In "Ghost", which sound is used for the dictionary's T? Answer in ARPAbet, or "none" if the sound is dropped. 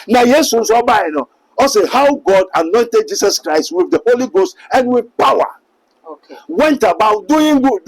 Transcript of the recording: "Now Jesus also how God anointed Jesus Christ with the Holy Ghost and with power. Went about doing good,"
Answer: T